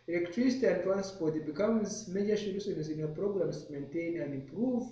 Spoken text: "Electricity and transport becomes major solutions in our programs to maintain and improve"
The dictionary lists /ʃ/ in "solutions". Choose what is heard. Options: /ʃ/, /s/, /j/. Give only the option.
/s/